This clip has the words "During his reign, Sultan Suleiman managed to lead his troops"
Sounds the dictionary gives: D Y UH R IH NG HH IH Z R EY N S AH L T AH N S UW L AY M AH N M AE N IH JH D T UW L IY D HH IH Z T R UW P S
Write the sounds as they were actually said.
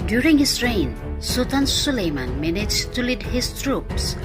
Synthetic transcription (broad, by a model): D Y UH R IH NG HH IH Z R EY N S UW T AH N S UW L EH M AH N M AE N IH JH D T UW L IY D HH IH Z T R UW P S